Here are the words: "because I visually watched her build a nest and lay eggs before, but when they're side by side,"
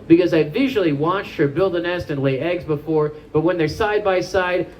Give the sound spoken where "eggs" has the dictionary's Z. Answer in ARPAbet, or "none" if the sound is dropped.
Z